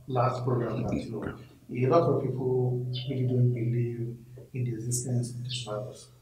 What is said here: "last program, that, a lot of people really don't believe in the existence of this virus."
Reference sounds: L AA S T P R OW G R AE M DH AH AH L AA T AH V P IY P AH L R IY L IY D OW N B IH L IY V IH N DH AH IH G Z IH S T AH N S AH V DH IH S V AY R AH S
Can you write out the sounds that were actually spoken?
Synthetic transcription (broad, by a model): L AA S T P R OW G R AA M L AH AH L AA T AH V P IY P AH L W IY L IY D OW N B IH L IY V IH N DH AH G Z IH S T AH N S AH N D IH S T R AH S